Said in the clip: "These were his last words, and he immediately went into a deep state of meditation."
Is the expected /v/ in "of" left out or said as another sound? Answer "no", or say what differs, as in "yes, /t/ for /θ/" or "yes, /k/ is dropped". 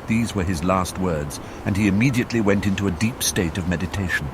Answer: no